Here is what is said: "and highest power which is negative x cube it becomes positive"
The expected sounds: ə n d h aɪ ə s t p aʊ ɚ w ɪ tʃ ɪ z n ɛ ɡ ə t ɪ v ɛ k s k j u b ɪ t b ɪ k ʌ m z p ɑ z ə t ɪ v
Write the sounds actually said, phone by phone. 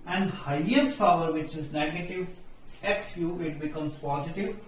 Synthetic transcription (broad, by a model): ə n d h aɪ ə s t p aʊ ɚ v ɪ tʃ ɪ z n ɛ ɡ ə t ɪ v ɛ k s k j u ɪ t b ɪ k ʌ m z p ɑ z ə t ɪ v